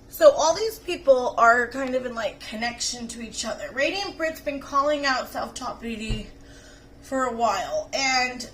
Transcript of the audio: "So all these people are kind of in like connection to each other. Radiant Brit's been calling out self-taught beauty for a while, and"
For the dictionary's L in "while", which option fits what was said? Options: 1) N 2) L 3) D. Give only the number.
2